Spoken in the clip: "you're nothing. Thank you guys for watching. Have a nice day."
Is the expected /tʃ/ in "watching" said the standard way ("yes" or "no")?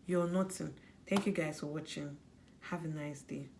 yes